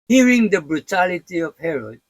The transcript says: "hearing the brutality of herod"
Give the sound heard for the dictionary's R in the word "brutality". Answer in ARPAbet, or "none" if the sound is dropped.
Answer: R